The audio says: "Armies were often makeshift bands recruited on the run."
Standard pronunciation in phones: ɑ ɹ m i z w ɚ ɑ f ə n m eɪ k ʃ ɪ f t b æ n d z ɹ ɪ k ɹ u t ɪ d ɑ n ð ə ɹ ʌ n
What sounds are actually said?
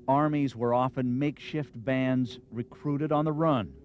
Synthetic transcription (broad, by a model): ɑ ɹ m i z w ɚ ɑ f ə n m eɪ k ʃ ɪ f t b æ n d z ɹ ɪ k ɹ u t ɪ d n ð ə ɹ ʌ n